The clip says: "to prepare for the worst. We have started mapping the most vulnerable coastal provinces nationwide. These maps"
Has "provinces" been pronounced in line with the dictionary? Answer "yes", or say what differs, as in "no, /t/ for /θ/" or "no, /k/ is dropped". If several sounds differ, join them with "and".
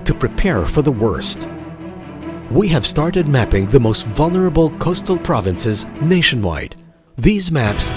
yes